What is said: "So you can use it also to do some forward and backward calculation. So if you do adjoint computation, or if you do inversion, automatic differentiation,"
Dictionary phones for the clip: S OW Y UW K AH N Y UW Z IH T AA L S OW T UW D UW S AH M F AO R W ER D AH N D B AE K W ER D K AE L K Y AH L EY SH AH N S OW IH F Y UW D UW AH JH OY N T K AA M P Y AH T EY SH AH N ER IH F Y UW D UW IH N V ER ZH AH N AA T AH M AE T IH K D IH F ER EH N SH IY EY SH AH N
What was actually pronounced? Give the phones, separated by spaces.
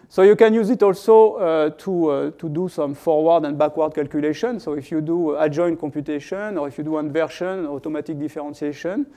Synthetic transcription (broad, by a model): S OW Y UW K AH N Y UW Z IH T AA L S OW T UW D UW S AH M F AO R W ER D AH N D B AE K W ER D K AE L K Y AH L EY SH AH N S OW IH F Y UW D UW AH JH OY N K AA M P Y AH T EY SH AH N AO IH F Y UW D UW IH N V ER SH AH N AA T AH M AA T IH K D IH F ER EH N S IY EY SH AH N